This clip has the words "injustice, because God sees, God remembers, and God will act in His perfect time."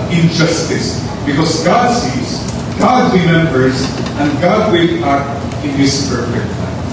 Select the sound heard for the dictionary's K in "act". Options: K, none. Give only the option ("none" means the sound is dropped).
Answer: none